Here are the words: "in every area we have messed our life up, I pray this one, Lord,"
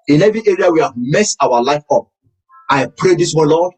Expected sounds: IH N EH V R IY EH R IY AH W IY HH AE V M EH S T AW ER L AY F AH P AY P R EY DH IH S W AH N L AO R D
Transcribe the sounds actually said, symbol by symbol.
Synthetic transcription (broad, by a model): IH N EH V IY EH R IY AH W IY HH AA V M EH S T AW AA L AY F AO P AY P R EY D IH S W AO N L AO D